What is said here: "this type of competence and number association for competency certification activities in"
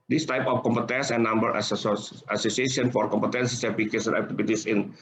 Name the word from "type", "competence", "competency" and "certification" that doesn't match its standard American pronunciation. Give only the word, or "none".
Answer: certification